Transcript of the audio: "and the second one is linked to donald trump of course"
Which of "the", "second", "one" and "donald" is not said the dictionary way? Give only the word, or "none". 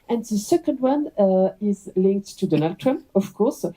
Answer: none